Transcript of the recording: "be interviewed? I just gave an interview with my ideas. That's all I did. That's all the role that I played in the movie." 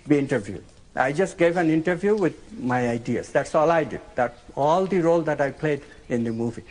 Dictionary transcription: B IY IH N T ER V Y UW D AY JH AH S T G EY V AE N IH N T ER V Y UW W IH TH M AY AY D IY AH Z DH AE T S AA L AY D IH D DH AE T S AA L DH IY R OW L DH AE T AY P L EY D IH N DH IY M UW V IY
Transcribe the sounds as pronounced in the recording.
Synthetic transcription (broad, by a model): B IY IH N T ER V Y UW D AY JH AH S T G EY V AE N IH N T ER V Y UW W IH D M AY AY D IY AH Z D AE T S AA L AY D IH D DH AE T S AA L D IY R OW L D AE T AY P L EY D IH N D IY M UW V IY